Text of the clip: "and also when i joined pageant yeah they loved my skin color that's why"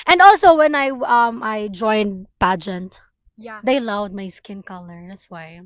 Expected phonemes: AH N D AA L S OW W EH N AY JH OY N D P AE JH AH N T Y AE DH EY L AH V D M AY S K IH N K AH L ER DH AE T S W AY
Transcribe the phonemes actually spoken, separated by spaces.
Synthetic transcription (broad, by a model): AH N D AA L S OW W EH N AY JH OY N D P AE JH AH N T Y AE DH EY L AH V D M AY S K IH N K AH L ER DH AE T S W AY